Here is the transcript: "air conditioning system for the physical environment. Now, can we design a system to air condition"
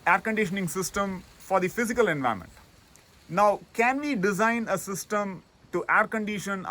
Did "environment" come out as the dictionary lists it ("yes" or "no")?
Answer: no